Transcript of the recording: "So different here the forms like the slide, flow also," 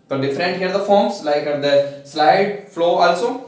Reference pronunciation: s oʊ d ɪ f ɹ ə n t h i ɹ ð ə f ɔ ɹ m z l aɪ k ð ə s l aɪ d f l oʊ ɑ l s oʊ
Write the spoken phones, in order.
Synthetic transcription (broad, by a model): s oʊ d ɪ f ɹ ə n t h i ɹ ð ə f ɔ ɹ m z l aɪ k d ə s l aɪ d f l oʊ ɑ l s oʊ